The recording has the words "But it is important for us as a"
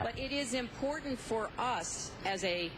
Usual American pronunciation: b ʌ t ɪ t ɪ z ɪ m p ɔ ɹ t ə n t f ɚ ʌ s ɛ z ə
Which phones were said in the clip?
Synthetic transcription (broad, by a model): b ʌ t ɪ t ɪ z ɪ m p ɔ ɹ t n t f ɚ ʌ s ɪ z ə